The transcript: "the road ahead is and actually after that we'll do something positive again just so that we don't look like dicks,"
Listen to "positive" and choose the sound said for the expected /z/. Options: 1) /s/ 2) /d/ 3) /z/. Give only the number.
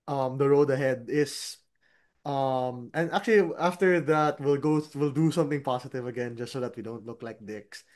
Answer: 1